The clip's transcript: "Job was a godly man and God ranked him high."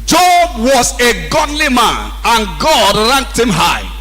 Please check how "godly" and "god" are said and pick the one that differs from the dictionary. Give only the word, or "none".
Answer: none